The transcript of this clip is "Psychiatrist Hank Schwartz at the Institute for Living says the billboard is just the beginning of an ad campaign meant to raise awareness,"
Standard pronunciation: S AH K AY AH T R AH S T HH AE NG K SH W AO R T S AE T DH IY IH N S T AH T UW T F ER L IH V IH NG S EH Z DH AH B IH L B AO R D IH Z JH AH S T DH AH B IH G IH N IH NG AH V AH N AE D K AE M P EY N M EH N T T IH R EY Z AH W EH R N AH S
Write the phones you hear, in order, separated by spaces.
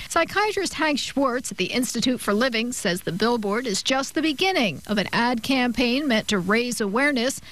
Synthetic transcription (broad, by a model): S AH K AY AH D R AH S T HH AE NG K SH W AO R T S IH T DH IY IH N S T AH T UW T F ER L IH V IH NG S EH Z DH AH B IH L B AO R D IH Z JH AH S T DH AH B IH G IH N IH NG AH V AH N AE D K AE M P EY N M EH N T T IH R EY Z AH W EH R N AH S